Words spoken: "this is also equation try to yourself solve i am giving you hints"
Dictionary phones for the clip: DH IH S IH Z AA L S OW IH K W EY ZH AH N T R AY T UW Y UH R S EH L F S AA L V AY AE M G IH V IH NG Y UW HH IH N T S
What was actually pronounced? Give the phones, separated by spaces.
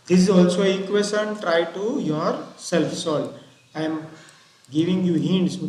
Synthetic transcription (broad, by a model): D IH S IH Z AA L S OW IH K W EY S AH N T R AY T UW Y UH R S EH L F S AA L AY M G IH V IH NG Y UW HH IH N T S